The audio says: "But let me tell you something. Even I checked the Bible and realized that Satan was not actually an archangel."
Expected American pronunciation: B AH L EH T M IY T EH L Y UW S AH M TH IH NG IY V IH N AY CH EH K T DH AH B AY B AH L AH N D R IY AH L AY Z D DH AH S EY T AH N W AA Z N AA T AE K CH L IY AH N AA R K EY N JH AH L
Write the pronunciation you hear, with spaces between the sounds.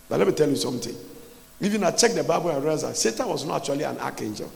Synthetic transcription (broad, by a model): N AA L EH T M IY T EH L Y UW S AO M T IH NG IY V IH N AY CH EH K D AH B AY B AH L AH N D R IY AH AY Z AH S EY T AH N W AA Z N AA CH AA L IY AH N AA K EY N JH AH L